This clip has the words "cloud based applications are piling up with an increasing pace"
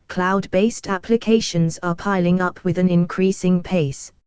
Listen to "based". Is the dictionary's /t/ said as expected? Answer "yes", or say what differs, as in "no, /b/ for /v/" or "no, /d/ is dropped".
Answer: yes